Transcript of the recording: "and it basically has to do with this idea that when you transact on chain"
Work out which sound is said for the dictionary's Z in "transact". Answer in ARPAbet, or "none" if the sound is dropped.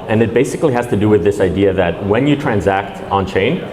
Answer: Z